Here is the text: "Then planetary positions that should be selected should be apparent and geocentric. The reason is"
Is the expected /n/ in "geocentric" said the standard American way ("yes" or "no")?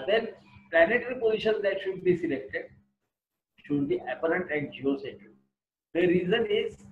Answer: no